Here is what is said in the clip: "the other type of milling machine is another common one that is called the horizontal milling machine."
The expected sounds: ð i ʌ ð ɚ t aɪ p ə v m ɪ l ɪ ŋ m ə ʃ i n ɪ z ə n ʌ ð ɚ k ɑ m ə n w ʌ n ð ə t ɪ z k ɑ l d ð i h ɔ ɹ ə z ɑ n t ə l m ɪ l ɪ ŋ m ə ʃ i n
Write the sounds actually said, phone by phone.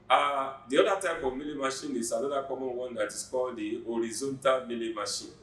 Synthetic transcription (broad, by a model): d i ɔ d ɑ t aɪ f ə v m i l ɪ m ə ʃ i n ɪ s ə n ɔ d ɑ k ɑ m ə n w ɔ n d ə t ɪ s k ɑ l d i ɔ ɹ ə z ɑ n t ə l m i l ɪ m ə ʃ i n